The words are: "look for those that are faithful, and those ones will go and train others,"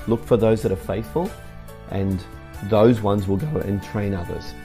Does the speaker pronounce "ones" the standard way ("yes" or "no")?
yes